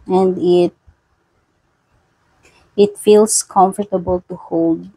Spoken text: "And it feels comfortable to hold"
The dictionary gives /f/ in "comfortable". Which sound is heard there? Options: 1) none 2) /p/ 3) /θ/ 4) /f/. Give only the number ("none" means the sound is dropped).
4